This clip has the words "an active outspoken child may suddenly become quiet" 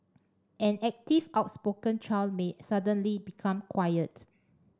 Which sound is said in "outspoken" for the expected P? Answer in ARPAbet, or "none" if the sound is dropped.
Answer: P